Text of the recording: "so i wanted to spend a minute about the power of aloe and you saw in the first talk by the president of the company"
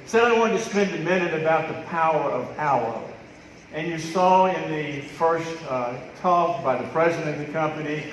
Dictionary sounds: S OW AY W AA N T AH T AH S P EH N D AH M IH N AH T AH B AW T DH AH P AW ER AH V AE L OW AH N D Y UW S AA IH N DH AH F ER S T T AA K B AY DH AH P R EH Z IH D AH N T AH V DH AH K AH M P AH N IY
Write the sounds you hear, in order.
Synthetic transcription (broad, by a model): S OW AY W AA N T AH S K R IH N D AH M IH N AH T AH B AW T DH AH P AW ER AH V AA UH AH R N Y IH S AA IH N DH AH F ER S T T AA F B AY DH AH P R EH Z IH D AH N AH DH AH K AH M P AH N IY